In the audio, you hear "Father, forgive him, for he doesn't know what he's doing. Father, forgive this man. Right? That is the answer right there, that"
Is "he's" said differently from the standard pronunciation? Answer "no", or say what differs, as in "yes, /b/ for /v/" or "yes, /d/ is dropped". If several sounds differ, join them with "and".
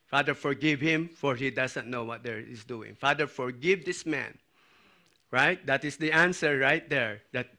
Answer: yes, /s/ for /z/